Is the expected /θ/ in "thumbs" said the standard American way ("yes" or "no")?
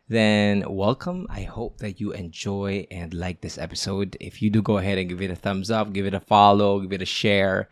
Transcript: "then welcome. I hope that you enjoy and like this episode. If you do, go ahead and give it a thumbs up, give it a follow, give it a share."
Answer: yes